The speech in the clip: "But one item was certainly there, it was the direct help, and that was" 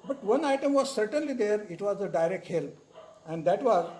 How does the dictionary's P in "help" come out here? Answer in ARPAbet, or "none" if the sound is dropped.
none